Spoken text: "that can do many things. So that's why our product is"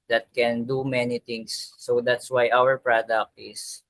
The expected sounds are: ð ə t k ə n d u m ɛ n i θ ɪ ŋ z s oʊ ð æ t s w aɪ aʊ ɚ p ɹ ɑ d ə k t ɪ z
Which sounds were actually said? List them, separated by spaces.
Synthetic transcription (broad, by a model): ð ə t k ə n d u m ɛ n i t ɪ ŋ s oʊ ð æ t s w aɪ aʊ ɚ p ɹ ɑ d ə k t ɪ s